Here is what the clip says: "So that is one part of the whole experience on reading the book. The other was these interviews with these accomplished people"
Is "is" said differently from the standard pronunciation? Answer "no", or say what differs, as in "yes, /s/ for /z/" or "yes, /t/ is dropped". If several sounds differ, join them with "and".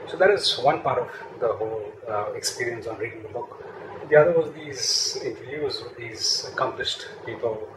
no